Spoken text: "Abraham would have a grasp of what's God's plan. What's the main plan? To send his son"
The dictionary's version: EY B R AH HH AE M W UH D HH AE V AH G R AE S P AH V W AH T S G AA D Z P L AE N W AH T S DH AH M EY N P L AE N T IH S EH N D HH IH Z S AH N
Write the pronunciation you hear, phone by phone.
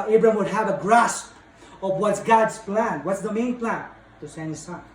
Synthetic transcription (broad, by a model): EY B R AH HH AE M W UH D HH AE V AH G R AE S P AH V W AH T S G AA D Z P L AE N W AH T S DH AH M EY N P L AE N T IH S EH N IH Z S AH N